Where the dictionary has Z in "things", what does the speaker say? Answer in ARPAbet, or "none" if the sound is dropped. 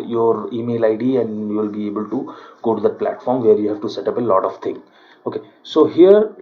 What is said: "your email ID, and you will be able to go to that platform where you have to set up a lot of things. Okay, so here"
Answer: none